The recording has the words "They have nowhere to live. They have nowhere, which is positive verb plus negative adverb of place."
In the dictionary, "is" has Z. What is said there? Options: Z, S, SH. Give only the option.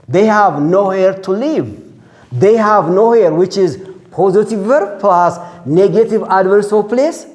Z